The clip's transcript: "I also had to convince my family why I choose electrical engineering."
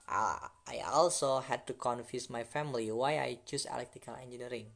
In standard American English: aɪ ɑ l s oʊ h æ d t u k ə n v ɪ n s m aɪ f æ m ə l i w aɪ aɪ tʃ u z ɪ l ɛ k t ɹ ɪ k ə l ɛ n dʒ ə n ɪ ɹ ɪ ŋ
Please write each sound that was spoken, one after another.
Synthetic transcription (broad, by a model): aɪ ɑ l s oʊ h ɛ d t u k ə n f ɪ s m aɪ f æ m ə l i w aɪ aɪ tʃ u s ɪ l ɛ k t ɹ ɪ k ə l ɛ n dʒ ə n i ɹ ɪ ŋ